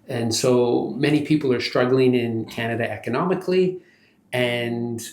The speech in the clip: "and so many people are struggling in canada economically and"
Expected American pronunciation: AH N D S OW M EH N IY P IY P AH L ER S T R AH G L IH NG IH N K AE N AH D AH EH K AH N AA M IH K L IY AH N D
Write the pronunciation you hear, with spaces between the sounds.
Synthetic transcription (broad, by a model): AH N S OW M EH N IY P IY P L ER S T R AH G L IH NG IH N K AE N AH D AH EH K AH N AA M IH K L IY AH N